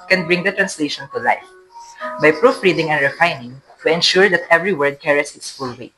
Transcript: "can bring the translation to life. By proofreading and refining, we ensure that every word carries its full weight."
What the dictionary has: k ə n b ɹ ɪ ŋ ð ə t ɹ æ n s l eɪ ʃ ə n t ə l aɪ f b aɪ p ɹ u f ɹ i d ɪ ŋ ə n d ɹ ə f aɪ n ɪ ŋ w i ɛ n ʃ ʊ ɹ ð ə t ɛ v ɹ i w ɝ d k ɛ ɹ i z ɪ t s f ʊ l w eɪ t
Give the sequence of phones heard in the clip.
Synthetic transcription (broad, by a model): k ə n b ɹ ɪ ŋ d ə t ɹ æ n s l eɪ ʃ ə n t ə l aɪ f b aɪ p ɹ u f ɹ i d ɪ ŋ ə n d ɹ ə f aɪ n ɪ ŋ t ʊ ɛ n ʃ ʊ ɹ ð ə t ɛ v ɹ i w ɝ d k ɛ ɹ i s ɪ t s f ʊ l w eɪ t